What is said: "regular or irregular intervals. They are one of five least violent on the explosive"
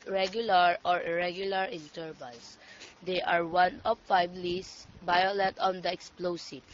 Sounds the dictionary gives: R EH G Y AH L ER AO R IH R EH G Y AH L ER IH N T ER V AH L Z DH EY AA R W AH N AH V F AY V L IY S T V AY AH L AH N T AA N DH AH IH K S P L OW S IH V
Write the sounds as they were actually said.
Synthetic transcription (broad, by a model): R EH G Y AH L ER AO R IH R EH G Y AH L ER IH N T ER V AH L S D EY AA R W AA N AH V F AY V L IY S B AY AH L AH T AA N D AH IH K S P L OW S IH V